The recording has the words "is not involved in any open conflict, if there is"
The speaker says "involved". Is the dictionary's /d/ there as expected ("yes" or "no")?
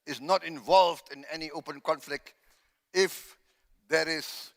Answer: yes